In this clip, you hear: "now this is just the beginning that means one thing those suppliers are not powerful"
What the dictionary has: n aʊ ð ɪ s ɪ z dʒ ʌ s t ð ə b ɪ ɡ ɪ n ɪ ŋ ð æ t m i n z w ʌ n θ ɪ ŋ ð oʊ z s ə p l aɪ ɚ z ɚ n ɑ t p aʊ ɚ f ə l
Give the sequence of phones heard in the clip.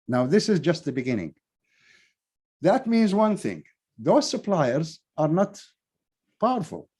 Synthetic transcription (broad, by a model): n aʊ ð ɪ s ɪ z dʒ ʌ s t ð ə b ɪ ɡ ɪ n ɪ ŋ ð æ t m i n z w ʌ n θ ɪ ŋ ð oʊ z s ə p l aɪ ɚ z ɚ n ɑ t p aʊ ɚ f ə l